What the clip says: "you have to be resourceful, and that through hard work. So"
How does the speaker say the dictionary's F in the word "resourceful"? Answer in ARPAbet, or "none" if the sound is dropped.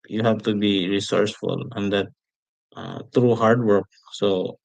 F